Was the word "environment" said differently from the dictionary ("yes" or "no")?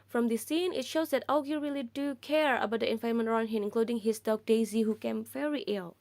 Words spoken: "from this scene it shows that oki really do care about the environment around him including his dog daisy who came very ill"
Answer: yes